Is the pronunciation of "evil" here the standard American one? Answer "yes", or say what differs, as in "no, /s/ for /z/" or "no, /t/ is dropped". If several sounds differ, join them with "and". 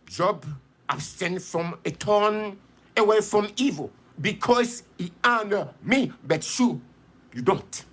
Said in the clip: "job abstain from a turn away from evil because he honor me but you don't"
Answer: yes